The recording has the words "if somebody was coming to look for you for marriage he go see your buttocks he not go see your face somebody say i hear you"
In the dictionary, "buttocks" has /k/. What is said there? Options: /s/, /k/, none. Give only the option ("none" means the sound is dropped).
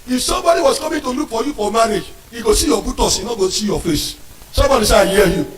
none